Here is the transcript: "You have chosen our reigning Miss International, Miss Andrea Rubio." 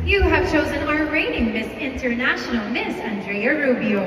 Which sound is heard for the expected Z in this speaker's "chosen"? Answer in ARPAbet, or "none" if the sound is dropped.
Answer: Z